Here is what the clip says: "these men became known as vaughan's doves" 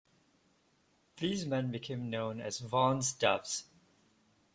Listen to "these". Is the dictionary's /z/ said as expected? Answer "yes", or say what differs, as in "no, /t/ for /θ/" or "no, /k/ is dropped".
yes